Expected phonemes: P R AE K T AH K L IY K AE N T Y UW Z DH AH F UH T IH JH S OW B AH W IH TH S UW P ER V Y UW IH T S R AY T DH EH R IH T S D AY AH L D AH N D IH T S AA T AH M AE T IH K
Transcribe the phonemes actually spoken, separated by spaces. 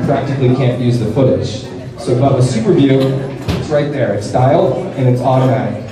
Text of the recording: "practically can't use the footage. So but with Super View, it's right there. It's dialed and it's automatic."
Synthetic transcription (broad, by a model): P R AE K T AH K L IY K AE N T Y UW Z DH AH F UH T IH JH S OW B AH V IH S UW P ER V Y UW IH T S R AY T DH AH R IH T S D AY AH L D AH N IH T S AA T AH M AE T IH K